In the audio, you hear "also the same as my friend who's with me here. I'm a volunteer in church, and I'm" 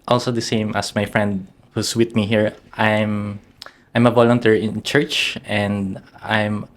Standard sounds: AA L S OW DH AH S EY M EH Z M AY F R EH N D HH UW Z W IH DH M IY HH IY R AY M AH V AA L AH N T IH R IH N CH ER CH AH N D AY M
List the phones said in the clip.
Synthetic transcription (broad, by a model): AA L S OW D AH S EY M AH S M AY F R EH N D HH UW S W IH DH M IY HH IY R AY M AH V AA L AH N T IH R IH N CH ER CH AH N D AY M